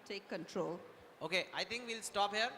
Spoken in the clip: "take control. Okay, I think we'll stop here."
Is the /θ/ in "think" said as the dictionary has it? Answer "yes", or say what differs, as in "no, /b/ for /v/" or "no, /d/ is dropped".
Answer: no, /t/ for /θ/